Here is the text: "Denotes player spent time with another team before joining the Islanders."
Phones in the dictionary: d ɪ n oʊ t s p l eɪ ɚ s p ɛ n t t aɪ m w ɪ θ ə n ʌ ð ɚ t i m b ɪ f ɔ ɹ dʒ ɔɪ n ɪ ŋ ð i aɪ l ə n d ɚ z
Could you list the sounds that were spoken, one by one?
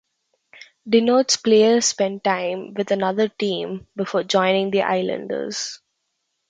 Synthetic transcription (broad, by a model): d ɪ n oʊ t s p l eɪ ɚ s p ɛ n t t aɪ m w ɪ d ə n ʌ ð ɚ t i m b ɪ f ɔ ɹ dʒ ɔɪ n ɪ ŋ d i aɪ l ə n d ɚ z